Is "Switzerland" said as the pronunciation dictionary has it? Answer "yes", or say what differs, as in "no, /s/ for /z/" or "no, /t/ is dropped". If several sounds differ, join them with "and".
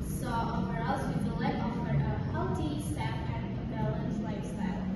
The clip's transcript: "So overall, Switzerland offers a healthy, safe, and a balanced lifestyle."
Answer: no, /n/ is dropped